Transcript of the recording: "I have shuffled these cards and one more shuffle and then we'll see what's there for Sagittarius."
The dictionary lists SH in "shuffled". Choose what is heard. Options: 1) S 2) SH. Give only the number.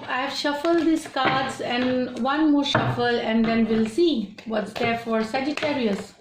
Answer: 2